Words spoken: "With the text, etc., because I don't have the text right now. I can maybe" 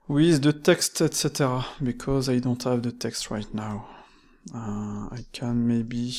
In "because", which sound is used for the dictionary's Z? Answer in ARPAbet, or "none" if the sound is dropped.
Z